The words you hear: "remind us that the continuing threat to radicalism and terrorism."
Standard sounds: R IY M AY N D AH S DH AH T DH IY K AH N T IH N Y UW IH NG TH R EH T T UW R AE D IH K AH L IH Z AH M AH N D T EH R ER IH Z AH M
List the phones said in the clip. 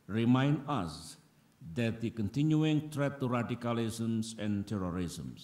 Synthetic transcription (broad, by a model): R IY M AY N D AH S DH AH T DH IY K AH N T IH N Y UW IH NG T R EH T T UW R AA D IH K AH L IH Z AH M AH N T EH R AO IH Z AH M